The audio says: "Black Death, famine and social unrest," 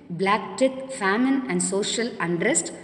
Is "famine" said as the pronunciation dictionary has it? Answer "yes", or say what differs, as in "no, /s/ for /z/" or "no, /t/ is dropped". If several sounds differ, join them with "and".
yes